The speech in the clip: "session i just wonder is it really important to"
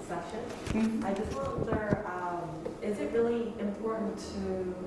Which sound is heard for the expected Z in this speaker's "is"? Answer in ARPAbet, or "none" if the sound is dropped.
Z